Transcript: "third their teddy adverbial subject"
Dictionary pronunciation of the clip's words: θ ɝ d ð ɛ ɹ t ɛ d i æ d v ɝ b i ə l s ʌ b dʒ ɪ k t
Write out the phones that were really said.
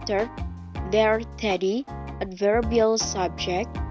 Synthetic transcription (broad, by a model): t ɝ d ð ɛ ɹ t ɛ d i æ d v ɝ b i ə l s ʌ b dʒ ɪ k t